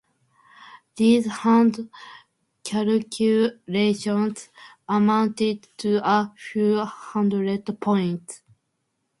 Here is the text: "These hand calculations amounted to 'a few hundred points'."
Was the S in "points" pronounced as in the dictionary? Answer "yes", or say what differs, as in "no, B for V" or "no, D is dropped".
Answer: no, S is dropped